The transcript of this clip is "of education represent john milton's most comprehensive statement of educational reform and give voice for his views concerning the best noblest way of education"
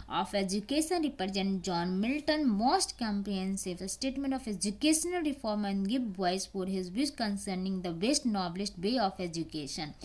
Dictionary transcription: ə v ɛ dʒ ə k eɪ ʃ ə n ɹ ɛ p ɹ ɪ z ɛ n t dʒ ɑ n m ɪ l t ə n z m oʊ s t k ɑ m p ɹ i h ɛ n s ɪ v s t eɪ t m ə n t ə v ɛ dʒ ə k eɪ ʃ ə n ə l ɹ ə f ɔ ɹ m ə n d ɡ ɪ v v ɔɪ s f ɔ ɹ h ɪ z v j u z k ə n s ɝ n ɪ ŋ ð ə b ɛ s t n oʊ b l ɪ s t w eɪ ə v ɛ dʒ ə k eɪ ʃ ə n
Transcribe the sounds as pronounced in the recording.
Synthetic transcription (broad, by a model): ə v ɛ dʒ ə k eɪ ʃ ə n ɹ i p ɹ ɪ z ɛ n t dʒ ɑ n m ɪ l t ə n m oʊ s t k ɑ m p i n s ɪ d s t eɪ t m ə n t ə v ɛ dʒ ə k eɪ ʃ ə n ə l ɹ ə f ɔ ɹ m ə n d ɡ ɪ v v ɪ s f ɔ ɹ h ɪ z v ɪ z k ə n s ɝ n ɪ ŋ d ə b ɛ s t n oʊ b l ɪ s t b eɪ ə f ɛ dʒ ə k eɪ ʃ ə n